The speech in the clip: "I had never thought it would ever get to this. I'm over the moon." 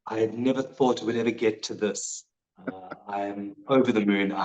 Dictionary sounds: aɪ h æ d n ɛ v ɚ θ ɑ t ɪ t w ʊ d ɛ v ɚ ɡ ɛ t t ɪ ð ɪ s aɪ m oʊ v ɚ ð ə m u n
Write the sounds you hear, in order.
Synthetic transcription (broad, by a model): aɪ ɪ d n ɛ v ɚ θ ɑ t ɪ t w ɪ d ɛ v ɚ ɡ ɛ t t ɪ ð ɪ s aɪ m oʊ v ɚ ð ə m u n